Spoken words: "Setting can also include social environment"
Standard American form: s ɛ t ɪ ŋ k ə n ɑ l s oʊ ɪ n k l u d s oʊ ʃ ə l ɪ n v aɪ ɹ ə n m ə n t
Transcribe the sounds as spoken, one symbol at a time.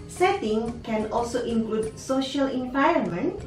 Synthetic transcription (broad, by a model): s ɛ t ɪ ŋ k ə n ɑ l s oʊ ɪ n k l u d s oʊ ʃ ə l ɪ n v aɪ ɹ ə n m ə n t